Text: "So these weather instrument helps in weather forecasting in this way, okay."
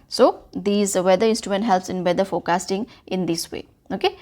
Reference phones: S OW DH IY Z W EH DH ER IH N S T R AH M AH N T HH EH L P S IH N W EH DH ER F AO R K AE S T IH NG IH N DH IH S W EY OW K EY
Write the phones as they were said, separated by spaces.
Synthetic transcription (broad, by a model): S OW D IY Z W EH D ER IH N S T R AH M AH N T HH EH L P S IH N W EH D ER F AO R K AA S T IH NG IH N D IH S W EY OW K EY